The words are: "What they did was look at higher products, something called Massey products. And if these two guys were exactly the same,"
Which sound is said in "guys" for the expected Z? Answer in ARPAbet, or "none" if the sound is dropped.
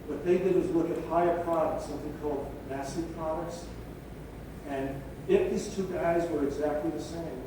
Z